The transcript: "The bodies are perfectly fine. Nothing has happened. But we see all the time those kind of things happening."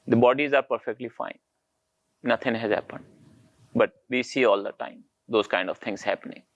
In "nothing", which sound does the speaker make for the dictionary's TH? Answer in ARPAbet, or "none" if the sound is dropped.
T